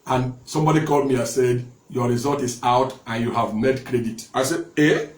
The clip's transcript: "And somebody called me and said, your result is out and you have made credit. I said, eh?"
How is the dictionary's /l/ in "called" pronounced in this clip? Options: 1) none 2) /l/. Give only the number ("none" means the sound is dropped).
2